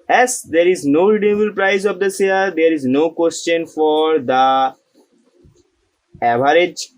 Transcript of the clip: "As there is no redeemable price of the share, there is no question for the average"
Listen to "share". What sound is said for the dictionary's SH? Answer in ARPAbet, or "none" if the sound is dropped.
S